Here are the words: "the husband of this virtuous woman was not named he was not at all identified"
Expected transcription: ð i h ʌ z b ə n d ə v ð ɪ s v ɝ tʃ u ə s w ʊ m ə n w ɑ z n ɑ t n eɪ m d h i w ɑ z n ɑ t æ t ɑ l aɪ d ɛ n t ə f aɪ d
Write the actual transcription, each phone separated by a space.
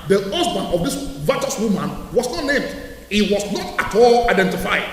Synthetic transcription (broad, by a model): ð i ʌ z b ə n ə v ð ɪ s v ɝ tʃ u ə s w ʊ m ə n w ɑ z n ɑ t n eɪ m d h i w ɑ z n ɑ t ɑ t ɑ l aɪ d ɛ n t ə f aɪ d